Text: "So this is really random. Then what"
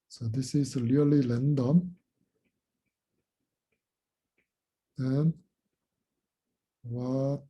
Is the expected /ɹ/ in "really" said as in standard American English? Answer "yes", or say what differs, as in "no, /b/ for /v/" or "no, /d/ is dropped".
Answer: no, /l/ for /ɹ/